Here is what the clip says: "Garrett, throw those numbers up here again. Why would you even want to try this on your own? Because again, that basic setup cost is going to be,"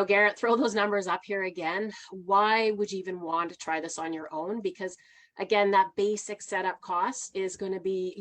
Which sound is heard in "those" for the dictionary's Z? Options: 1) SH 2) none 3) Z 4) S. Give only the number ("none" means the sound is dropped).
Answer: 3